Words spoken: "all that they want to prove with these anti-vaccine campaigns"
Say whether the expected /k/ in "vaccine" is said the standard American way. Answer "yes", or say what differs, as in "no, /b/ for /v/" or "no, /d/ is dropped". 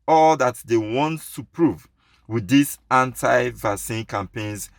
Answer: no, /k/ is dropped